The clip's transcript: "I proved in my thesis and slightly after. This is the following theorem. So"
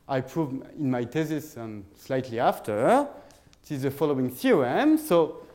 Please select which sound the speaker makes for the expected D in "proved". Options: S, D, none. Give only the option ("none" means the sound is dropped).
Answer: none